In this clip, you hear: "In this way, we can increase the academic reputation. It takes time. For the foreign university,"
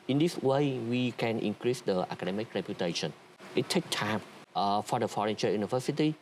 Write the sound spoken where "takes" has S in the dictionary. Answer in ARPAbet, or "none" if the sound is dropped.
none